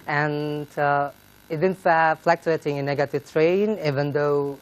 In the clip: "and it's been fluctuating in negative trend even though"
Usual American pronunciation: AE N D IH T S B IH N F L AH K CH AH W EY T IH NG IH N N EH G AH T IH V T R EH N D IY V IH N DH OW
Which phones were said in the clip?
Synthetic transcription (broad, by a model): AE N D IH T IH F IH F L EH K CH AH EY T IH NG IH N N EH G AH T IH V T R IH N IY V IH N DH OW